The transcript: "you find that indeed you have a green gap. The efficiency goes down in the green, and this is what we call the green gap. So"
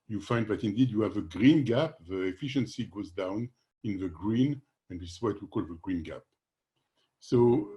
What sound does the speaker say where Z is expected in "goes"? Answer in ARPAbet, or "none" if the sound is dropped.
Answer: Z